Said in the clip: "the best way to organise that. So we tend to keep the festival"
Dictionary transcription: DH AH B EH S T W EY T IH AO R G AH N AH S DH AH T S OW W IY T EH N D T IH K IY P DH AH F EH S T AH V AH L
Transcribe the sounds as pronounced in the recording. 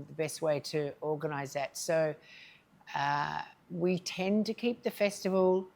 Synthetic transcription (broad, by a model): DH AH B EH S T W EY T IH AO R G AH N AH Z DH AH T S OW W IY T EH N T IH K IY P DH AH F EH S T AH V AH L